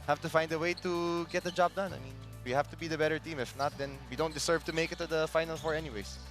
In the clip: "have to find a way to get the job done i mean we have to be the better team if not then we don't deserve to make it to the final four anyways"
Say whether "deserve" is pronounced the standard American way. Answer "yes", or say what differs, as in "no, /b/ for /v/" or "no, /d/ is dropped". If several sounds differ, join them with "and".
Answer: no, /s/ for /z/